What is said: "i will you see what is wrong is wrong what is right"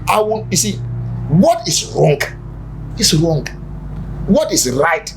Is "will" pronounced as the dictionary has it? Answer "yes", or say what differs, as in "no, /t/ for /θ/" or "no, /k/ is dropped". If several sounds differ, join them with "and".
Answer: no, /n/ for /l/